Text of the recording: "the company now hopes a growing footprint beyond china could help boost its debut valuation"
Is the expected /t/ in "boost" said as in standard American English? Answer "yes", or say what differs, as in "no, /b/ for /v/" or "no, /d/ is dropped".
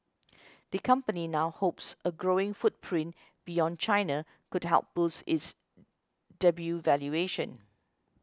no, /t/ is dropped